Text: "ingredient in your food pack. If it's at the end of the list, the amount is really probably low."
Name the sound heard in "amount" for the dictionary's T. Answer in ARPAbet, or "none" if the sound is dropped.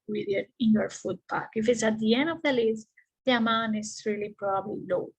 none